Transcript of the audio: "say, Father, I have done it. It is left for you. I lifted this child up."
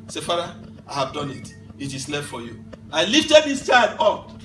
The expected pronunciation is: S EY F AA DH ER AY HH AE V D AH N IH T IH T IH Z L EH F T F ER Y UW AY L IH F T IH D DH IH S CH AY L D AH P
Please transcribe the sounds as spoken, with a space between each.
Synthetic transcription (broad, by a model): S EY F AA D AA AY HH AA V D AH N IH T IH T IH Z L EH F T F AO Y UW AY L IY F T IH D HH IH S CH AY D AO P